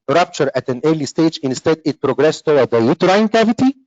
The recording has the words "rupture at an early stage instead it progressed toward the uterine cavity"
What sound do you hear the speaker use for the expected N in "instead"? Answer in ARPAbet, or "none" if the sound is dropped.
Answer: N